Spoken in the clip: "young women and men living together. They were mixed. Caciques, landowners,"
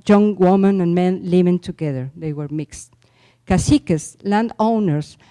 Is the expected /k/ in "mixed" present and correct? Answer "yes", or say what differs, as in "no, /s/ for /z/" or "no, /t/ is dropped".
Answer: yes